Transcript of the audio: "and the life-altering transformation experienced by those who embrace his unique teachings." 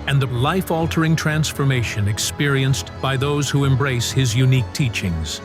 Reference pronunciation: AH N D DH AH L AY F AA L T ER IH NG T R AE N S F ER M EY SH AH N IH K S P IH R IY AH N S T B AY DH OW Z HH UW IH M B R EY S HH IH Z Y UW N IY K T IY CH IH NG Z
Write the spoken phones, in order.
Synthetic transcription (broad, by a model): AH N DH AH L AY F AA L T ER IH NG T R AE N S F ER M EY SH AH N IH K S P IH R IY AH N S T B AY DH OW Z HH UW IH M B R EY S HH IH Z Y UW N IY K T IY CH IH NG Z